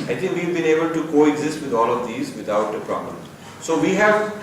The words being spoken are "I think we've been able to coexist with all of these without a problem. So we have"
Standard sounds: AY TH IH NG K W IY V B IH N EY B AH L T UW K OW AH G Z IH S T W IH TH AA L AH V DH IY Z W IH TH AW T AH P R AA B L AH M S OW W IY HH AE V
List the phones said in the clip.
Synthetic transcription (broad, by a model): AY T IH NG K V IY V B IH N EY B AH L T UW K OW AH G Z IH S T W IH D AA L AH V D IY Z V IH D AW T AH P R AA B L AH M S OW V IY HH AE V